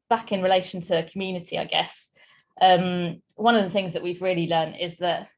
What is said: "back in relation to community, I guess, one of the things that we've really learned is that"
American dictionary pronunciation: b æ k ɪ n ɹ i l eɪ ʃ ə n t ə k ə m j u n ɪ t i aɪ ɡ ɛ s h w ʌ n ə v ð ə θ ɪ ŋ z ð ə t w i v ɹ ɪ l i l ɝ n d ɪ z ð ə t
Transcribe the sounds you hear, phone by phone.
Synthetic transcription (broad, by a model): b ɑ k ɪ n ɹ i l eɪ ʃ ə n t ə k ə m j u n ɪ t i aɪ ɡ ɛ s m w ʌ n ə v ð ə θ ɪ ŋ z ð ə t w i v ɹ ɪ l i l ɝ n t ɪ z ð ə t